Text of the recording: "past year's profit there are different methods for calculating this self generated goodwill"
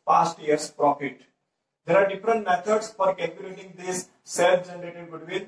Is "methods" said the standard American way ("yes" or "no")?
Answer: no